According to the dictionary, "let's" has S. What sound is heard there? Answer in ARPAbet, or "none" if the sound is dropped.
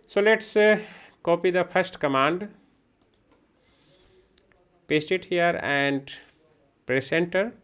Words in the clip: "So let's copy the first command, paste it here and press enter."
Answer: S